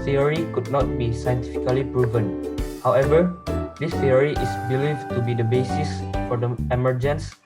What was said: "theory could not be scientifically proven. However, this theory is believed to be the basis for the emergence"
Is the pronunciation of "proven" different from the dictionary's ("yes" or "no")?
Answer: no